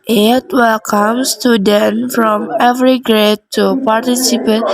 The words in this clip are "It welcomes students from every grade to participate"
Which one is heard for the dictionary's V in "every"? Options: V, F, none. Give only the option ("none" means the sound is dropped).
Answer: V